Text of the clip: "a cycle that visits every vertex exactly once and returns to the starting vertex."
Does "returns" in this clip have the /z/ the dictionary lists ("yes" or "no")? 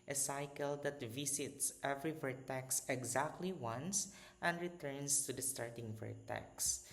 no